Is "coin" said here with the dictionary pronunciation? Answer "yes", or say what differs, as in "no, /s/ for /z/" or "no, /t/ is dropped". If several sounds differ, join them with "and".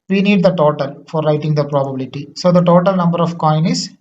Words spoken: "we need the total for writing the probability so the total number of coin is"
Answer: yes